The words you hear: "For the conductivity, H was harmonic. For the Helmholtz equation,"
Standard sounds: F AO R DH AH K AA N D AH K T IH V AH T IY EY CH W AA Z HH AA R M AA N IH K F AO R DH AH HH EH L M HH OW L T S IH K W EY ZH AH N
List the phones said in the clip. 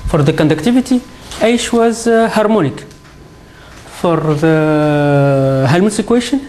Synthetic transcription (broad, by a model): F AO R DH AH K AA N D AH K T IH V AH T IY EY SH W AA Z HH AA R M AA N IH K F AO R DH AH HH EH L M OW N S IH K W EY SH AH N